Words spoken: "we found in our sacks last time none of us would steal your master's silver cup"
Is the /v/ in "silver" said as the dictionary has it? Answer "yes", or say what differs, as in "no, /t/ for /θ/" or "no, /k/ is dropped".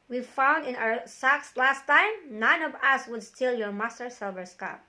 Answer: no, /b/ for /v/